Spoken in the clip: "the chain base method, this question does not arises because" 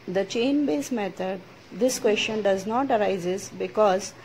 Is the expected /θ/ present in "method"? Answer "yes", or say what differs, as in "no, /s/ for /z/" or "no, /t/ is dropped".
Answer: no, /t/ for /θ/